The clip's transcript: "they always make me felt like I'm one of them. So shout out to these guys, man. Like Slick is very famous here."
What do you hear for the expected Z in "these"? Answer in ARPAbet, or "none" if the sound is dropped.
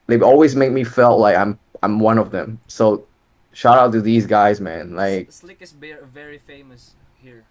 Z